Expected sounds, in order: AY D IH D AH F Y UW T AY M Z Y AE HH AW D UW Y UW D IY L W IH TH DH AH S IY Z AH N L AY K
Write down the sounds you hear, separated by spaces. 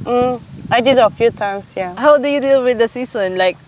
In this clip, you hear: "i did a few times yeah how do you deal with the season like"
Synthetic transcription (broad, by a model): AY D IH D AH F Y UW T AY M S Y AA HH AW D UW Y UW D IY L W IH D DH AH S IY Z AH N L AY K